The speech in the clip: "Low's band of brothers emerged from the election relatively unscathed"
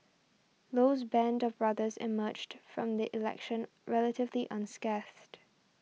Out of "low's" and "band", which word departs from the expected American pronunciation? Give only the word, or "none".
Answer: none